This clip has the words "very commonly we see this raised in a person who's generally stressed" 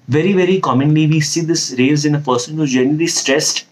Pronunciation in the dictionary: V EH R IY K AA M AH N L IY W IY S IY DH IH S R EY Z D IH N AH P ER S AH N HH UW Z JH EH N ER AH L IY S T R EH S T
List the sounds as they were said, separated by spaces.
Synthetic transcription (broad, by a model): V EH R IY K AA M AH N L IY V IY S IY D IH S R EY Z IH N AH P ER S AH N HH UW JH EH N ER AH L IY S T R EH S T